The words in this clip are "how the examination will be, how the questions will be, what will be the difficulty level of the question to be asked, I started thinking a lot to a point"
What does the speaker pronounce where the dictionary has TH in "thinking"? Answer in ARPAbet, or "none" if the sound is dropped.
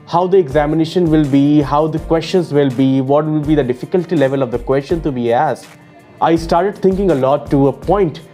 T